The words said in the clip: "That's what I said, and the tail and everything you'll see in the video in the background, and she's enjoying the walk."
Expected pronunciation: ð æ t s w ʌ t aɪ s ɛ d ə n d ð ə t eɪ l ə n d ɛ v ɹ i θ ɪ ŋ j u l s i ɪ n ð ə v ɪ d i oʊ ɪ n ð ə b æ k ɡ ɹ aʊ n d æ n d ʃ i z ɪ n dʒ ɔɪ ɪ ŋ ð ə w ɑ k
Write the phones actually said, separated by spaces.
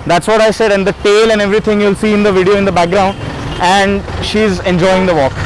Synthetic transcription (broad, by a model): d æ t s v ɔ t aɪ s ɛ d ə n d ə t eɪ l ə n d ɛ v ɹ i t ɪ ŋ j u l s i ɪ n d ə v ɪ d i oʊ ɪ n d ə b æ k ɡ ɹ aʊ n d æ n d ʃ i z ɪ n dʒ ɔɪ ɪ ŋ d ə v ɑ k